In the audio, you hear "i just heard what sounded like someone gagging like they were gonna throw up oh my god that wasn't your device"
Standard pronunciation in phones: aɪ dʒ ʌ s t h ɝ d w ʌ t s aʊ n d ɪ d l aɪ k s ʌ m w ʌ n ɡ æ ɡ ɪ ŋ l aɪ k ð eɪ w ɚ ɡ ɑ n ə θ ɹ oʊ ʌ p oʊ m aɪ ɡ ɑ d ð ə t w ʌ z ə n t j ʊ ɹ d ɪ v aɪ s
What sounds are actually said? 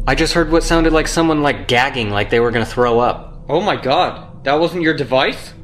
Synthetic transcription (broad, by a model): aɪ dʒ ʌ s t h ɝ d w ʌ t s aʊ n d ɪ d l aɪ k s ʌ m w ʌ n ɡ æ ɡ ɪ ŋ l aɪ k ð eɪ w ɚ ɡ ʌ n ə θ ɹ oʊ ʌ p oʊ m aɪ ɡ ɑ d ð ə t w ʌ z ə n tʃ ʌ ɹ d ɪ v aɪ s